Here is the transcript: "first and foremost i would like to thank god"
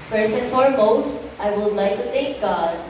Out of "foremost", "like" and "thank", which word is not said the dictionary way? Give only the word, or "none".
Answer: thank